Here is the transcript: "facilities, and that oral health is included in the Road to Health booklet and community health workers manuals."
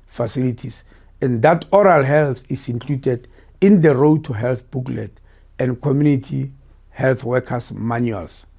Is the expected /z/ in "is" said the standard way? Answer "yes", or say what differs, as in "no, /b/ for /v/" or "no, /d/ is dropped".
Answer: no, /s/ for /z/